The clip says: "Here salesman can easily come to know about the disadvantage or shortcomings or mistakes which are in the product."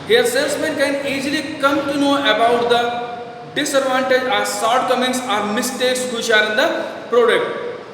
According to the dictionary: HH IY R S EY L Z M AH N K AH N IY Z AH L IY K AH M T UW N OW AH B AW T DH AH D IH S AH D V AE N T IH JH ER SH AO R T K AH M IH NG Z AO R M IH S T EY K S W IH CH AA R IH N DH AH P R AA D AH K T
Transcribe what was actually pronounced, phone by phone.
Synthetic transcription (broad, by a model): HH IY R S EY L S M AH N K AH N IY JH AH L IY K AH M T UW N OW AH B AW T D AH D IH S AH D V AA N T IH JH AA S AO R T K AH M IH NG S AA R M IH S T EY K S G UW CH AA R IH N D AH P R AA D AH K T